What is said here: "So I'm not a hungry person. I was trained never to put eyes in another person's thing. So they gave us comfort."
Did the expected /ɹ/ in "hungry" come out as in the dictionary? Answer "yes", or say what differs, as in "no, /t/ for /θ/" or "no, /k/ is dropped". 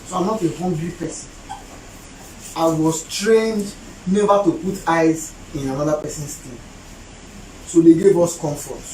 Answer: no, /l/ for /ɹ/